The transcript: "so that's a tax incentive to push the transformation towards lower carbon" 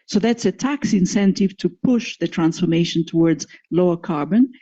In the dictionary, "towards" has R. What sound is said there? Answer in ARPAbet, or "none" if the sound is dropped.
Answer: R